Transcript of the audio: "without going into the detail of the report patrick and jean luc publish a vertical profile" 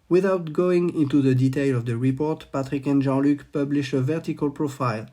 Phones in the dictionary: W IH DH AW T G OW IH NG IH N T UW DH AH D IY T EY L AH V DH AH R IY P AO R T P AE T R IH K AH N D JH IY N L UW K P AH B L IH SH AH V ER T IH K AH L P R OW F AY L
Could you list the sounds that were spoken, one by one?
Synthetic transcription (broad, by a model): W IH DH AW T G OW IH NG IH N T UW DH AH D IY T EY L AH V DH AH R IY P AO R T P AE T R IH K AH N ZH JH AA L UW K P AH B L IH SH AH V ER T IH K AH L P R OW F AY L